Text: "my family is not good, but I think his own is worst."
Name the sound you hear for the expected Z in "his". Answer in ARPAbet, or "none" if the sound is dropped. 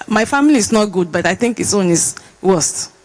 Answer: S